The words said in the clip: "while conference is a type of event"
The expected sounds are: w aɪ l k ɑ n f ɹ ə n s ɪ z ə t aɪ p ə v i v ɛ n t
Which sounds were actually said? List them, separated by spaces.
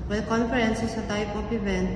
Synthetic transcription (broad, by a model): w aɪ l k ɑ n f ɹ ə n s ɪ s ə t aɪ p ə p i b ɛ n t